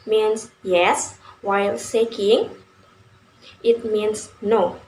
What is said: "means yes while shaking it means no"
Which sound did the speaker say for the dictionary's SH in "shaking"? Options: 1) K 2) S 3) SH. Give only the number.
2